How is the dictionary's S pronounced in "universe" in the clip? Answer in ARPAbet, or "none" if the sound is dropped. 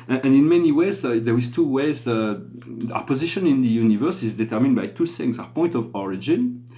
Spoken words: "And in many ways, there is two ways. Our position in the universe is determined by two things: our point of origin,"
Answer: S